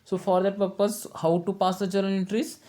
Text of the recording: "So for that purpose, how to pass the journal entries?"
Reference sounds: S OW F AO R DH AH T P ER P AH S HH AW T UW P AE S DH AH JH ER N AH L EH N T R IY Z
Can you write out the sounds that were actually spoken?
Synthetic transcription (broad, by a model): S OW F AO R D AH T P ER P AH S HH AW T UW P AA S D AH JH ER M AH N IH N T R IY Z